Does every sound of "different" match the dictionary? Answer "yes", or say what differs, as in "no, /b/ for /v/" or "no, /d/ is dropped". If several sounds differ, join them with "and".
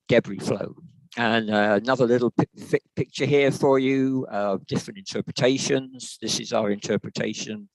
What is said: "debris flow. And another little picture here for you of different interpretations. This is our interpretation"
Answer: yes